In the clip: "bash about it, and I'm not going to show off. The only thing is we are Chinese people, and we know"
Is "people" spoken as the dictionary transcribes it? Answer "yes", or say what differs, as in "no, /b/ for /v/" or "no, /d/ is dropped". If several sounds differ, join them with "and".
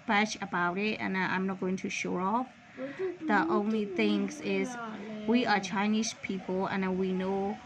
no, /n/ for /l/